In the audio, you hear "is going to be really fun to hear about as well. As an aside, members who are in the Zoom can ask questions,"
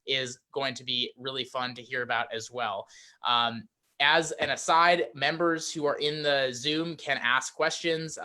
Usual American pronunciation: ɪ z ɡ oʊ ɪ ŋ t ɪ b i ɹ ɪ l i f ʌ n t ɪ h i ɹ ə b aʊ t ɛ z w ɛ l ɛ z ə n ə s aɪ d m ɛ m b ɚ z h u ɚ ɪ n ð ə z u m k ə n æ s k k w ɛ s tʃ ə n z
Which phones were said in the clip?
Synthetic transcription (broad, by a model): ɪ z ɡ oʊ ɪ ŋ t ɪ b i ɹ ɪ l i f ʌ n t ɪ h i ɹ ə b aʊ t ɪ z w ɛ l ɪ z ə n ə s aɪ d m ɛ m b ɚ z h u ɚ ɪ n ð ə z u m k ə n æ s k k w ɛ s tʃ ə n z